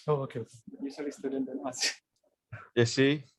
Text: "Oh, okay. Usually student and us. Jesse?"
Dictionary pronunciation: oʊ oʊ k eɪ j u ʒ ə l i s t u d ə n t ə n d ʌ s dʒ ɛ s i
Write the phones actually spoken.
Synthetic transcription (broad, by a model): oʊ oʊ k eɪ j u s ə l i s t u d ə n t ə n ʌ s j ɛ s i